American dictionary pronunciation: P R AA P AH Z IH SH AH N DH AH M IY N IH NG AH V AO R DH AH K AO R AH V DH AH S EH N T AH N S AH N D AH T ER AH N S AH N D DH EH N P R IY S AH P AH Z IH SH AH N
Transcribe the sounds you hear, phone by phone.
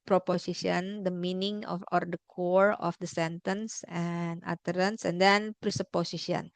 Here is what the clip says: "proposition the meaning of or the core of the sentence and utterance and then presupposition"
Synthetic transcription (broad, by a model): P R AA P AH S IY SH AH N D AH M IY N IH NG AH F AO R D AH K AO R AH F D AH S EH N T AH N S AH N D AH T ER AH N S AH N D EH N P R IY S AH P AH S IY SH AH N